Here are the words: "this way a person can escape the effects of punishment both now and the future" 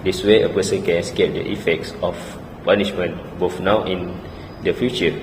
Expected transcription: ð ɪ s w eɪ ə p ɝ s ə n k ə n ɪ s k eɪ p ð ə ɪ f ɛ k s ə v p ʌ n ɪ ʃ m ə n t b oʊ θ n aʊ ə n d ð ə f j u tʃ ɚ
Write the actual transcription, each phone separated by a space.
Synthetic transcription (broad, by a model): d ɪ s w eɪ ə p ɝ s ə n k ə n s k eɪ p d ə ɪ f ɛ k s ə f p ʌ n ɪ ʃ m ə n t b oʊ f n aʊ ə n d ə f j u tʃ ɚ